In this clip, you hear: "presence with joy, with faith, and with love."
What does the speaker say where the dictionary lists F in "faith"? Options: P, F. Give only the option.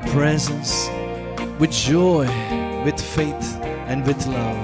F